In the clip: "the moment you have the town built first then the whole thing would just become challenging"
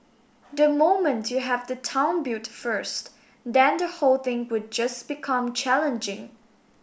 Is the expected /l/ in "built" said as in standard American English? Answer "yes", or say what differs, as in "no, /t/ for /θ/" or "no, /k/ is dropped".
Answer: no, /l/ is dropped